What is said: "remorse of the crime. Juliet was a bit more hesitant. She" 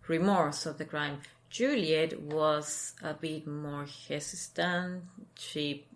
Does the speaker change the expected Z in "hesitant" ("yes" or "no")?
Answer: yes